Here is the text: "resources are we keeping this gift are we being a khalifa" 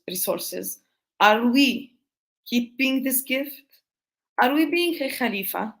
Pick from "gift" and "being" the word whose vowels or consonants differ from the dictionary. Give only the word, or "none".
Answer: none